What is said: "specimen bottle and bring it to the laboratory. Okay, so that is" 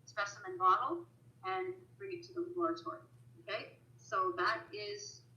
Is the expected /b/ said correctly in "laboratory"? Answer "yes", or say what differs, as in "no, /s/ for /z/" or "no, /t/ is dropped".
no, /b/ is dropped